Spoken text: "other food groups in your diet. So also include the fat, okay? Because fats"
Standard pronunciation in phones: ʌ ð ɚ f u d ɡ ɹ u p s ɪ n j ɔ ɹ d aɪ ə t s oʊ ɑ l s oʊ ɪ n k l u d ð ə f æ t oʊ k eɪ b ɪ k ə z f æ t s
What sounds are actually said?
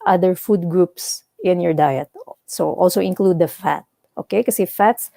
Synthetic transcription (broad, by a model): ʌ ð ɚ f u d ɡ ɹ u p s ɪ n j ɔ ɹ d aɪ ə t s oʊ ɑ l s oʊ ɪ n k l u d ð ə f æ t oʊ k eɪ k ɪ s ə f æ t s